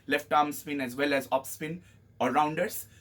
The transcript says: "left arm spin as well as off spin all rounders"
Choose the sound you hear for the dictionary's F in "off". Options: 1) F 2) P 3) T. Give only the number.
2